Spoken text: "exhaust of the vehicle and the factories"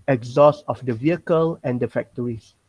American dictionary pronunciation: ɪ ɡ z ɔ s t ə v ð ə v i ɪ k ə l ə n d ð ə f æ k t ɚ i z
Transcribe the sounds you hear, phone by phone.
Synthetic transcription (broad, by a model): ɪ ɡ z ɔ s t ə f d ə v i ɪ k ə l ə n d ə f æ k t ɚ i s